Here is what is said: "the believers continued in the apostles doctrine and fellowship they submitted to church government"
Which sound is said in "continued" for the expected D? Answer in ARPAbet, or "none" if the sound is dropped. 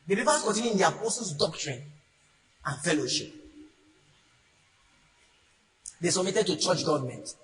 none